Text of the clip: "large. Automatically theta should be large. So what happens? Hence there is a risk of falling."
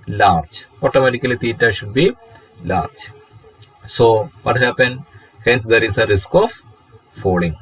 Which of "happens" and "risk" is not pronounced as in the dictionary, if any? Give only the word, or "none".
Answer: happens